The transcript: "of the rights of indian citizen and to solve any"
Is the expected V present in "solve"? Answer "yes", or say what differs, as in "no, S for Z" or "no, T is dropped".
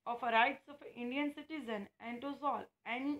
no, V is dropped